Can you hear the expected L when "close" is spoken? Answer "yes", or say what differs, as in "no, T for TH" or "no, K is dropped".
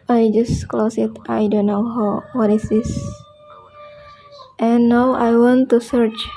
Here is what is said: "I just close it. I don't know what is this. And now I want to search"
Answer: yes